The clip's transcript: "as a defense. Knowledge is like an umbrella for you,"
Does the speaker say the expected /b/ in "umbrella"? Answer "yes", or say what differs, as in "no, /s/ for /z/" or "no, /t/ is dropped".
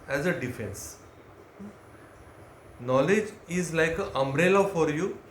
yes